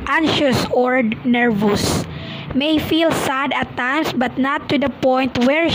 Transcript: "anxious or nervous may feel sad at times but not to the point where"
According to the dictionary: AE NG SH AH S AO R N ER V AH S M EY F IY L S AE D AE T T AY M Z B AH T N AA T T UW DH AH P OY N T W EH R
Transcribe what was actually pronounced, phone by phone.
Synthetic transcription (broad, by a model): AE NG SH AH S AO R N ER V AH S M EY F IY L S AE D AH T T AY M S B AH T N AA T T UW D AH P OY N T W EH R